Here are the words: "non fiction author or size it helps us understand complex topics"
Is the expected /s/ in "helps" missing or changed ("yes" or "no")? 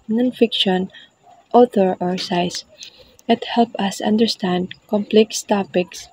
yes